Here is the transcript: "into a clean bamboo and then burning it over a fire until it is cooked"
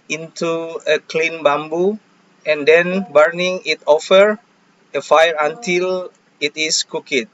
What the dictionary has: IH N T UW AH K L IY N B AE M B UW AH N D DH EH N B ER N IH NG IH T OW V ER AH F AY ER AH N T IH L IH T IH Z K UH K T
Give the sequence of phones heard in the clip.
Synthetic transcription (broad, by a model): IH N T UW AH K L IY N B AE M B UW AH N D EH N B ER N IH NG IH T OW F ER AH F AY ER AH N T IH L IH T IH S K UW K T